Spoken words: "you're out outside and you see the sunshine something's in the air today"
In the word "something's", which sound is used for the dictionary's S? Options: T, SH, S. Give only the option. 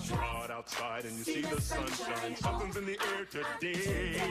SH